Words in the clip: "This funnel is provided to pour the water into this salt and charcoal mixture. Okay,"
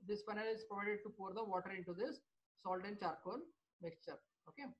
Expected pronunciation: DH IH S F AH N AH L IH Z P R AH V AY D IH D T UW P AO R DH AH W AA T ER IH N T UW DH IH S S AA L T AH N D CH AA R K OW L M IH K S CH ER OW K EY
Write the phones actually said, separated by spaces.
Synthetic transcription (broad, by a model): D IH S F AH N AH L IH Z P R AH V AY D IH D T UW P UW R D AH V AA T ER IH N T UW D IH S S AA L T AH N D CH AA R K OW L M IH K S CH ER OW K EY